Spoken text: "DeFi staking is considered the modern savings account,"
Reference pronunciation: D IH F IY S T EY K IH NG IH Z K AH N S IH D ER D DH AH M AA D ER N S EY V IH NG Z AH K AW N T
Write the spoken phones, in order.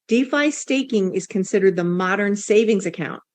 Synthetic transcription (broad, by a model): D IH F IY S T EY K IH NG IH Z K AH N S IH D ER D DH AH M AA D ER N S EY V IH NG Z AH K AW N T